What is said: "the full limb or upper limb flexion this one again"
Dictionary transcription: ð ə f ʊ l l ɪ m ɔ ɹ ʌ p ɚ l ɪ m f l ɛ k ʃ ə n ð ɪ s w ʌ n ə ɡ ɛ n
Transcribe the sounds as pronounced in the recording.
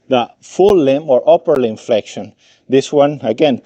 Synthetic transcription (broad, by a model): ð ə f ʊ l l ɪ m ɔ ɹ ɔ p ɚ l ɪ m f l ɛ k ʃ ə n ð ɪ s w ʌ n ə ɡ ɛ n